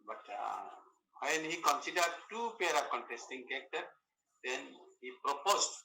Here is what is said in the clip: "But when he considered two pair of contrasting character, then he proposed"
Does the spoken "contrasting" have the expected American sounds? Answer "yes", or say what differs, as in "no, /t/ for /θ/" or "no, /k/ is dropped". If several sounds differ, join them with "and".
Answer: no, /ɹ/ is dropped